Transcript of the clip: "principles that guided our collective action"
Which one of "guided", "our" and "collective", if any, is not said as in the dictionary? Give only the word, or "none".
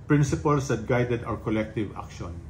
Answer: our